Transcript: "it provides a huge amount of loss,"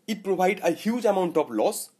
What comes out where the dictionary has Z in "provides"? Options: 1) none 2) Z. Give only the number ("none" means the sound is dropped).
1